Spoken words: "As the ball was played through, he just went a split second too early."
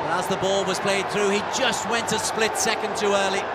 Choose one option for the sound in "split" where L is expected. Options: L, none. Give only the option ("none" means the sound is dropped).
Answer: L